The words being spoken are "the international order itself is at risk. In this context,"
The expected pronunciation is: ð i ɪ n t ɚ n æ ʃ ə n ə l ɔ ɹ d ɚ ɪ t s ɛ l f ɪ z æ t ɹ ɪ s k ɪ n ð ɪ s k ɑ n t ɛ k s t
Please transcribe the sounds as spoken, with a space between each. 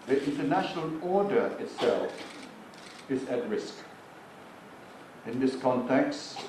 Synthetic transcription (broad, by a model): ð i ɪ n t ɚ n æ ʃ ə n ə l ɔ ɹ d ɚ ɪ t s ɛ l f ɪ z æ t ɹ ɪ s k ɪ n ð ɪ s k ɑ n t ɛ k s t